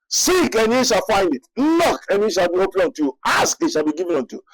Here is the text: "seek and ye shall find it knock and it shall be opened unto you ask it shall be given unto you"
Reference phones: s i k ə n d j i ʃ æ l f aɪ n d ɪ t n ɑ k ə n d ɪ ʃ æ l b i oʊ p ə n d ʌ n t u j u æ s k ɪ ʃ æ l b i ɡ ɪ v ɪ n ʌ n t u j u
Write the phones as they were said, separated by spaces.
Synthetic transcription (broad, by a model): s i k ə n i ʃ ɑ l f aɪ n d ɪ t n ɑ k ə n ɪ ʃ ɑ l b i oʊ p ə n ɔ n t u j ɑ s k ɪ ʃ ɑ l b i ɡ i v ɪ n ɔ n t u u